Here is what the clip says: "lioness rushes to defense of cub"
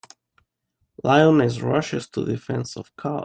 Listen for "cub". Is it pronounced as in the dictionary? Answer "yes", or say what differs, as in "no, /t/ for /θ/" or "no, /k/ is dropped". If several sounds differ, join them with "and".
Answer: no, /b/ is dropped